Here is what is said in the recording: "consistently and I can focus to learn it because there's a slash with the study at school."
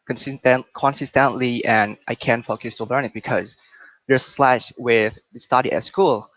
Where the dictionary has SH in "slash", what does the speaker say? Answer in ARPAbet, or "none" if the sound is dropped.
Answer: SH